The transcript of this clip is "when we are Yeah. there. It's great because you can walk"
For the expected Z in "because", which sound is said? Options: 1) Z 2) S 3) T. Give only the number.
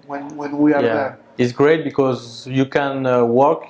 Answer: 1